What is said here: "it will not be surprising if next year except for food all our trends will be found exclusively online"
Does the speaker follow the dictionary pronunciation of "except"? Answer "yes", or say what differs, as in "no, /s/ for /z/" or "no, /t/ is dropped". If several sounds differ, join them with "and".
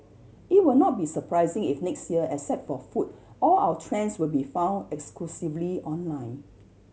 no, /k/ is dropped and /p/ is dropped